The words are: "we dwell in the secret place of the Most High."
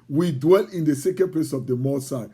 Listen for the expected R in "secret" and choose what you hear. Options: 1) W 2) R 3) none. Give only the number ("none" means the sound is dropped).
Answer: 3